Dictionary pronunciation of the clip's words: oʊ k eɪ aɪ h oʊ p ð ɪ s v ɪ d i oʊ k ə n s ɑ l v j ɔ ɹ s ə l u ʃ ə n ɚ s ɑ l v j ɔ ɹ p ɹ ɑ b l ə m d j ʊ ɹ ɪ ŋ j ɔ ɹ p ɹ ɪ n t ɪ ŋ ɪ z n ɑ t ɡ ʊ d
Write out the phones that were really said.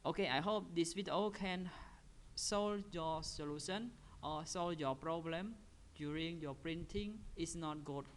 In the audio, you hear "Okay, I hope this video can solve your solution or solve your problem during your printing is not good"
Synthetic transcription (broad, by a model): oʊ k eɪ aɪ h oʊ p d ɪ s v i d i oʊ k ə n s ɑ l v j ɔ s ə l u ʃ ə n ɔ s ɑ l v j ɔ p ɹ ɑ b l ə m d j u ɹ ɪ ŋ j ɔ p ɹ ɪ n t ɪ ŋ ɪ s n ɑ t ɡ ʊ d